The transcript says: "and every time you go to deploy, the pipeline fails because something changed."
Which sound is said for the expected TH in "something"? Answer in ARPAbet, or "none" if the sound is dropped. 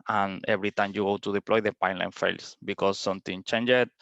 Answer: T